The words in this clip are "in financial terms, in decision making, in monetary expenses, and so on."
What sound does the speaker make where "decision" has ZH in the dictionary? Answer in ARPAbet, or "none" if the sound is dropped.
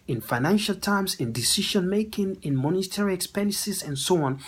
SH